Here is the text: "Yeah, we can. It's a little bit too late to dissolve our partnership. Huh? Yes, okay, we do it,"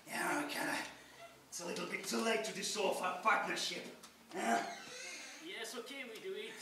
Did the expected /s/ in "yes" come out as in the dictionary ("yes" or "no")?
yes